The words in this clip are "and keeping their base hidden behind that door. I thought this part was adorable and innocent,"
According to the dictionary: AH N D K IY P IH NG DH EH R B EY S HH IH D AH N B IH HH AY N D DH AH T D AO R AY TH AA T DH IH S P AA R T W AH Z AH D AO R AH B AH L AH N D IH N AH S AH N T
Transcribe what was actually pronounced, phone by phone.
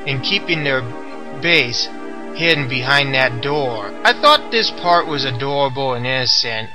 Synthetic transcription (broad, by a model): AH N K IY P IH NG DH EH R B EY S HH IH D N B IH HH AY N DH AH T D AO R AY TH AA T DH IH S P AA R T W AH Z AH D AO R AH B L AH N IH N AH S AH N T